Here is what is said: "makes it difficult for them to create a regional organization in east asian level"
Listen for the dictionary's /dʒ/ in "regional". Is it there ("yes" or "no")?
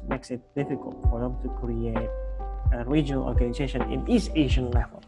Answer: yes